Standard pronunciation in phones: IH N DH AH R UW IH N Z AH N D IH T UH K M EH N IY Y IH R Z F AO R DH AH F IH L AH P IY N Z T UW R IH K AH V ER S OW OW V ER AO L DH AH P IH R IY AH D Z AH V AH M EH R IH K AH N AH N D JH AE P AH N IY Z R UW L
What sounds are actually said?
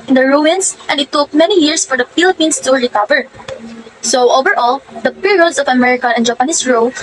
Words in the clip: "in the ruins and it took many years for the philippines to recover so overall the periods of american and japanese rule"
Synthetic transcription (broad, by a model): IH N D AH R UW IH N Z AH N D IH T UH K M EH N IY Y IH R S F AO R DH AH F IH L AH P IY N S T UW R IH K AH V ER S OW OW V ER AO L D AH P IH R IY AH D S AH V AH M EH R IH K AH AH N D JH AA P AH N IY S R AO